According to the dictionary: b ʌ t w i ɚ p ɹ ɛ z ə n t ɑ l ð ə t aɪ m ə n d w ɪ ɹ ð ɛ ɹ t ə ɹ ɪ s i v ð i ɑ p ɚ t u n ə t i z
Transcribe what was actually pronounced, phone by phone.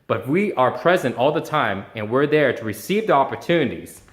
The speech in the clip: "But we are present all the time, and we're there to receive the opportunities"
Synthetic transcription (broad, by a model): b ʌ t w i ɚ p ɹ ɛ z ə n t ɑ l ð ə t aɪ m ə n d w ɪ ɹ ð ɛ ɹ t ə ɹ ɪ s i v ð i ɑ p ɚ t u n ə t i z